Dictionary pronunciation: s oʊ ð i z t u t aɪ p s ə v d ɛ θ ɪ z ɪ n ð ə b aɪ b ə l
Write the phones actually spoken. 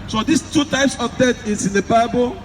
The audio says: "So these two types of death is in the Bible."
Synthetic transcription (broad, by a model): s oʊ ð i s t u t aɪ p s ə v d ɛ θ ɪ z ɪ n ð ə b aɪ b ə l